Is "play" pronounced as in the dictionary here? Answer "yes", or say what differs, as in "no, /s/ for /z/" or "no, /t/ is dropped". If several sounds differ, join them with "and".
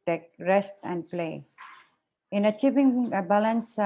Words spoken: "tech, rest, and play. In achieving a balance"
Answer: yes